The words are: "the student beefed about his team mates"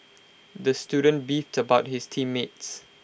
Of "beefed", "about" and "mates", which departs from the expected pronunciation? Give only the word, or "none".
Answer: none